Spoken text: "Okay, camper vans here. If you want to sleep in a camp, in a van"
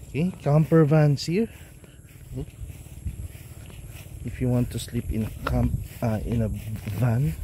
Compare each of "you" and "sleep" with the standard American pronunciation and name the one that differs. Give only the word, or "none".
none